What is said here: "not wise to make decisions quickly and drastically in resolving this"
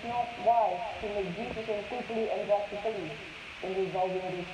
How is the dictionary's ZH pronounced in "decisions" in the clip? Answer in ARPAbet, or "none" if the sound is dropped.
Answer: S